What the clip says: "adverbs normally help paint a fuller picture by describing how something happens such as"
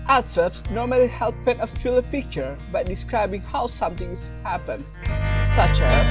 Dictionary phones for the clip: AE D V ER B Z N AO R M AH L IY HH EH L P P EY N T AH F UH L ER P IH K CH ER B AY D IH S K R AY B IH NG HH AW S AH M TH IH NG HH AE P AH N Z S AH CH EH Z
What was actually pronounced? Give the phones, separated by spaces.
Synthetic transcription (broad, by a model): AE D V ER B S N AO R M AH L IY HH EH L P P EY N AH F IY L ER P IH K CH ER B AY D IH S K R AY B IH NG HH AW S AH M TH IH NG HH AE P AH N S AH CH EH